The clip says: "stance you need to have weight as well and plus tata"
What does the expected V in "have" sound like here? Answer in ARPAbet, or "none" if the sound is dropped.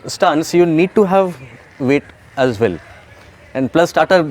V